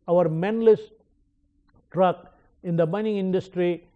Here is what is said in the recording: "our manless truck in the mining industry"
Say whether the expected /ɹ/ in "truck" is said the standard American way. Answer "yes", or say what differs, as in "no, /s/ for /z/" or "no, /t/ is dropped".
yes